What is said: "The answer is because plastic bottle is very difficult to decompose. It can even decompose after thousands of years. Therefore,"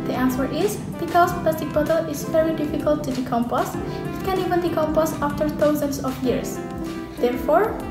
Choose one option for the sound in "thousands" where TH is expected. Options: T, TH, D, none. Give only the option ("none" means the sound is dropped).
T